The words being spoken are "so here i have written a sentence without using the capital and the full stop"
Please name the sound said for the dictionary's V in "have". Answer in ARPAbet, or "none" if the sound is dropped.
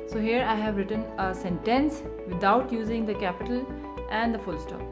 V